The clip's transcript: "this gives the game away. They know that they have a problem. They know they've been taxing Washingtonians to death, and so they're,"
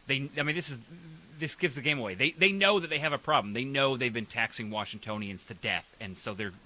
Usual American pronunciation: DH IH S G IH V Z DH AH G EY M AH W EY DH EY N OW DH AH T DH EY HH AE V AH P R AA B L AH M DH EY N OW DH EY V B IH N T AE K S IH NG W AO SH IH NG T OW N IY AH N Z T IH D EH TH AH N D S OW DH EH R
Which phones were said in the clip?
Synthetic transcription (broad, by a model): DH IH S G IH V Z DH AH G EY M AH W EY DH EY N OW DH AH T DH EY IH V AH P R AA B L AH M DH EY N OW DH EY V B IH N T AE K S IH NG W AO SH IH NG T OW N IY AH N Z T IH D EH TH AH N S OW DH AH R